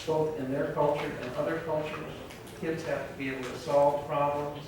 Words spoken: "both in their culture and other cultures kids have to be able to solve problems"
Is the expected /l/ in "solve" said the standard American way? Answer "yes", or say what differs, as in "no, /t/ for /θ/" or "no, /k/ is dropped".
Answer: yes